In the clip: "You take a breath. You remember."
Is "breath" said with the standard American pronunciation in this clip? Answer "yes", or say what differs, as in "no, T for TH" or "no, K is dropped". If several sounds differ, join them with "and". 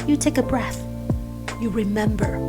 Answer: yes